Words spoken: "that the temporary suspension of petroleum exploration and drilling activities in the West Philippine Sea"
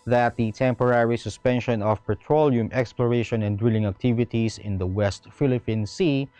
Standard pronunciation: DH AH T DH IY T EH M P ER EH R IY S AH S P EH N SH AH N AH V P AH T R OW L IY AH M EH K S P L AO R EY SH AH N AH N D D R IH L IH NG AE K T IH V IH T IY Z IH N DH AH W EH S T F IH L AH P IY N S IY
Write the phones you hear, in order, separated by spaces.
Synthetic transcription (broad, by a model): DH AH T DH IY T EH M P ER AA R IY S AH S P EH N SH AH N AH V P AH T R OW L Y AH M EH K S P L AO R EY SH AH N AH N D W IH L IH NG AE K T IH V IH T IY S IH N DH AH W EH S T F IH L AH P IY N S IY